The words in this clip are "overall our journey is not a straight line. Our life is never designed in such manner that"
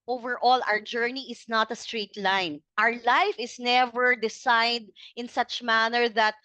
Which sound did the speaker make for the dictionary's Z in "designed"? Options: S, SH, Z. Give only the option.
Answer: S